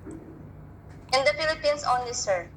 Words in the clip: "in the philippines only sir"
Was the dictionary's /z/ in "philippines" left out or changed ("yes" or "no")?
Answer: yes